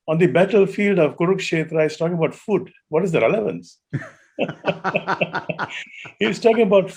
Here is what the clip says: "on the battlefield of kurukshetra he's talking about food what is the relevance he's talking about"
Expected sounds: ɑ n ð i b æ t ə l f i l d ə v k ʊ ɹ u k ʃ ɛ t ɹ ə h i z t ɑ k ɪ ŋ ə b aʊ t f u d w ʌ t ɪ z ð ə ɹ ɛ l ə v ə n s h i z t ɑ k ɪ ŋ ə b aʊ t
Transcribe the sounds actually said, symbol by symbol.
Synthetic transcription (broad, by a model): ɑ n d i b æ t ə l f i l d ə v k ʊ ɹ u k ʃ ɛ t ɹ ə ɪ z t ɑ k ɪ ŋ ə b aʊ t f u d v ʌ t ɪ z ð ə ɹ ɛ l ə v ə n s h i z t ɑ k ɪ ŋ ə b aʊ t